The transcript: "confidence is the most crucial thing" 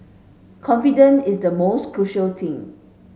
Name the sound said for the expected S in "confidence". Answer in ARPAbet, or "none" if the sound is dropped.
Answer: none